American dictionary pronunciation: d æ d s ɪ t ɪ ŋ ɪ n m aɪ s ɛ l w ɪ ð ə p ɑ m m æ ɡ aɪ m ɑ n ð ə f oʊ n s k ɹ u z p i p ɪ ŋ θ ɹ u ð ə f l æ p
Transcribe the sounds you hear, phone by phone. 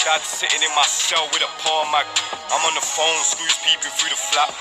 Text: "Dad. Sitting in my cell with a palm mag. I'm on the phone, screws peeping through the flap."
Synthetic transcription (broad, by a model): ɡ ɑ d s ɪ t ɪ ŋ ɪ n m aɪ s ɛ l w ɪ ð ə p ɑ m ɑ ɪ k aɪ m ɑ n ð ə f oʊ n s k u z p i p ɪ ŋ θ ɹ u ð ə f l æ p